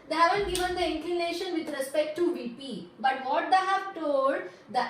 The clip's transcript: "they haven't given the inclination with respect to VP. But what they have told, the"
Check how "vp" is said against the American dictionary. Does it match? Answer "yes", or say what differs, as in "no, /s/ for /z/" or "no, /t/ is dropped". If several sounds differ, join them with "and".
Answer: yes